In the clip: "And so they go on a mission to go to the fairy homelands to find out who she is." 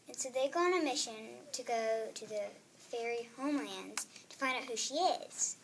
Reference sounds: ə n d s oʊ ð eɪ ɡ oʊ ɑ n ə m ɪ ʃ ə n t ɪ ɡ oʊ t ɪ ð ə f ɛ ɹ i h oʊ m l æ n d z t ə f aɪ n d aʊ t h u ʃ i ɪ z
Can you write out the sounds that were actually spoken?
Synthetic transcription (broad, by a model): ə n s oʊ ð eɪ ɡ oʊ ɑ n ə m ɪ ʃ ə n t ɪ ɡ oʊ t ɪ ð ə f ɛ ɹ i h oʊ m l æ n d z t ə f aɪ n d aʊ t h u ʃ i ɪ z